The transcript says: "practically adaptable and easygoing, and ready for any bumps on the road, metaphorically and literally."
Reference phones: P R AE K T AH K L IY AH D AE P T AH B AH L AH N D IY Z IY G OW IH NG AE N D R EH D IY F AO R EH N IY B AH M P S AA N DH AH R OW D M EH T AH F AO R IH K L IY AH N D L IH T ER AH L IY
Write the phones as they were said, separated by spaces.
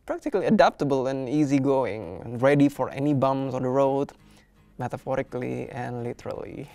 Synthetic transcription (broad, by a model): P R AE K T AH K L IY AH D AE P T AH B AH L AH N IY Z IY G OW IH NG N R EH D IY F AO R EH N IY B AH M S AA N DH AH R OW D M EH T AH F AO R IH K L IY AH N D L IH T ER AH L IY